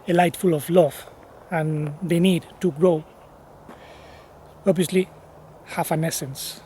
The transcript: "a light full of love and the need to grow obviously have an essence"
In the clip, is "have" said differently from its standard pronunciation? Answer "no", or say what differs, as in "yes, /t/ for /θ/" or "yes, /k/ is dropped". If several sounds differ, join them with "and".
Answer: yes, /f/ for /v/